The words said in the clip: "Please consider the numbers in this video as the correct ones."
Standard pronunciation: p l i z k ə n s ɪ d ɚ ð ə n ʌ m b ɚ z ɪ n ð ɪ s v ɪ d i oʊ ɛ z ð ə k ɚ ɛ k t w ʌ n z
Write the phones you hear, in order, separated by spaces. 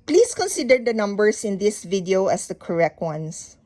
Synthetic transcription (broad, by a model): p l i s k ə n s ɪ d ɚ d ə n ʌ m b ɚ s ɪ n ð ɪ s v ɪ d i oʊ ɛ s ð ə k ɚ ɛ k t w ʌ n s